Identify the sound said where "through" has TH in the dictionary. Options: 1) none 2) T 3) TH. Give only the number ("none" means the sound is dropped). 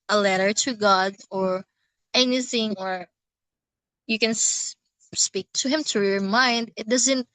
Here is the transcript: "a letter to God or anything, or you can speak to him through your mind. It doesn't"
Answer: 2